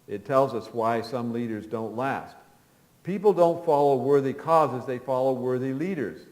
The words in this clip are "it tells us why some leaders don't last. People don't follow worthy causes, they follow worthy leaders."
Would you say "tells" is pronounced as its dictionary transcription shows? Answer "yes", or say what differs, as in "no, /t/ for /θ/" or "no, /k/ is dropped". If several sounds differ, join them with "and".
yes